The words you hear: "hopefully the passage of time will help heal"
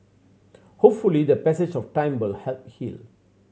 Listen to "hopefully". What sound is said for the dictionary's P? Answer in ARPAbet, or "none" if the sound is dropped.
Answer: P